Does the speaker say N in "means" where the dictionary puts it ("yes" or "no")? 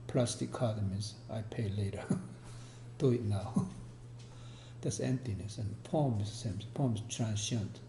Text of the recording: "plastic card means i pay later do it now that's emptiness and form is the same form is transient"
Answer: no